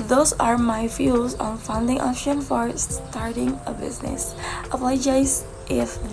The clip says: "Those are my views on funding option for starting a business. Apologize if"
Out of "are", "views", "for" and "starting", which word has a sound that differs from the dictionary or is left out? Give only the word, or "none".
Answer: views